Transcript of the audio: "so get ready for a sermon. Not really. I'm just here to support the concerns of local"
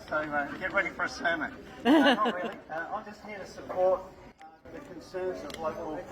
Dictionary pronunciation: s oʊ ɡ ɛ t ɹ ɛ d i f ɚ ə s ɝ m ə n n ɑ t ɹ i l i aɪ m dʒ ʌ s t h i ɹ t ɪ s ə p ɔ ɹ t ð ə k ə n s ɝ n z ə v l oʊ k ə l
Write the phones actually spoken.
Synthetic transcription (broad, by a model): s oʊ ɡ ɛ t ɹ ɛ d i f ɚ ə s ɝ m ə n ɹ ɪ i i aɪ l dʒ ʌ s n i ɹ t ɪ s ə p ɔ ɹ t ð ə k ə n s ɝ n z ə v l oʊ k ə l